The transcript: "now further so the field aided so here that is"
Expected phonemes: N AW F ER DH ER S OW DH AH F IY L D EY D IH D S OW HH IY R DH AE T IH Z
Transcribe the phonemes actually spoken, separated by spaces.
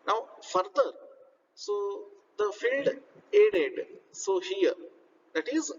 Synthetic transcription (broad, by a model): N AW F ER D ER S OW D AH F IY L D EY D IH D S OW HH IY R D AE T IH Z